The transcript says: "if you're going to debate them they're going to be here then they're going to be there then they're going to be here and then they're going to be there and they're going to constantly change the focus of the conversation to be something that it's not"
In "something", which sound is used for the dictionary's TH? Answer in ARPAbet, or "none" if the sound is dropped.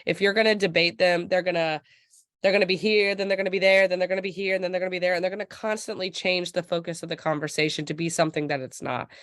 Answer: TH